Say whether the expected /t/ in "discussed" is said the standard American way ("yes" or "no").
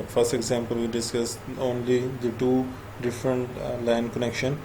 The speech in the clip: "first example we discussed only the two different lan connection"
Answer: no